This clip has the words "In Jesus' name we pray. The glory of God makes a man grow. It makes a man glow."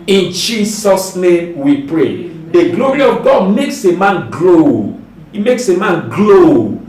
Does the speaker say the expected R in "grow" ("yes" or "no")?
no